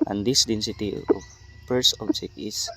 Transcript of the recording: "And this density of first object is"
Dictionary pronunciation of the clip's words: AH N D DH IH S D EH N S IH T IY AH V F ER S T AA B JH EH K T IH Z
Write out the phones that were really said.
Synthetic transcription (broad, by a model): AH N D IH S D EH N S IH T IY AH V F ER S AA B JH EH K T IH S